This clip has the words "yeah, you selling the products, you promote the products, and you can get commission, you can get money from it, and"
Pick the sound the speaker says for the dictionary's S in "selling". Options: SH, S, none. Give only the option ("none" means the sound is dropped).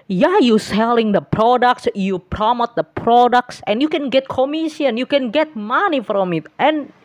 S